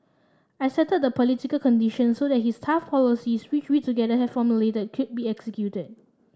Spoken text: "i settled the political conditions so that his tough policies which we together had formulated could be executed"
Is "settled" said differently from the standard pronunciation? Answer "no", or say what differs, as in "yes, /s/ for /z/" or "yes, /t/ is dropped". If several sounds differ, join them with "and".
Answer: yes, /l/ is dropped